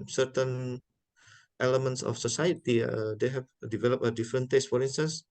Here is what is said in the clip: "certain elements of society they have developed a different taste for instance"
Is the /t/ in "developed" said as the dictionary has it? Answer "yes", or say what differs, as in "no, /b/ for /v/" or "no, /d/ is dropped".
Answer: no, /t/ is dropped